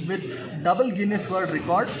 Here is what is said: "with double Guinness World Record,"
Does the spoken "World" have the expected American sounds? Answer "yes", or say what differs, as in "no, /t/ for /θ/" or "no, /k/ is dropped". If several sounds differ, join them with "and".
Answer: no, /l/ is dropped